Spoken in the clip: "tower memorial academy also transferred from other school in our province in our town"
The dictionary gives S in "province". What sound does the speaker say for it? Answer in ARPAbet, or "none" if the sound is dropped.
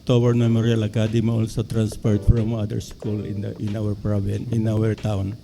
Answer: none